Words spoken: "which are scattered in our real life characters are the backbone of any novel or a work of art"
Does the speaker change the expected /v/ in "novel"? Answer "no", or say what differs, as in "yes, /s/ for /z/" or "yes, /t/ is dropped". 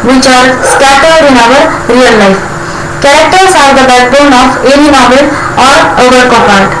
yes, /b/ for /v/